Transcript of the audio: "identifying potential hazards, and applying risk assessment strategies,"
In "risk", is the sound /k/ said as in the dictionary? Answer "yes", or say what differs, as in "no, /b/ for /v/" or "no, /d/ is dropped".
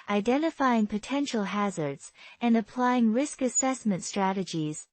yes